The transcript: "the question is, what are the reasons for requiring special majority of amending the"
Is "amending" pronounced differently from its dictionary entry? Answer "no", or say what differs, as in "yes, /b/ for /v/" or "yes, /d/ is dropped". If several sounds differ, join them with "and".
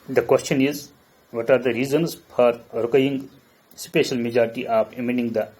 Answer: yes, /n/ is dropped